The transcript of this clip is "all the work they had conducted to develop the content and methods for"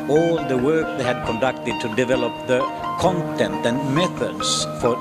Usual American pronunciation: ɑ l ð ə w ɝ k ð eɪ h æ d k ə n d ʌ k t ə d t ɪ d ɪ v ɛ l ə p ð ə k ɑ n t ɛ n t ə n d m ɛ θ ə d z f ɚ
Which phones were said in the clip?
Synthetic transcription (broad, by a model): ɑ l ð ə w ɝ k ð eɪ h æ d k ə n d ʌ k t ə d t ɪ d ɪ v ɛ l ə p ð ə k ɑ n t ɛ n t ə n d m ɛ θ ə d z f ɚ